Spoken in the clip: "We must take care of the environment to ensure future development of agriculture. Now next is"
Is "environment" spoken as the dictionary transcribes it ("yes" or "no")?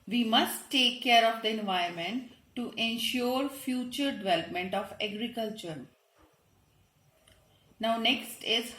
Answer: no